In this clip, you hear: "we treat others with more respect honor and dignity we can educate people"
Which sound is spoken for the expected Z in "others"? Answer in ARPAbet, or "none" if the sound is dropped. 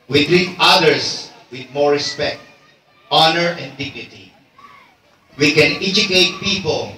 S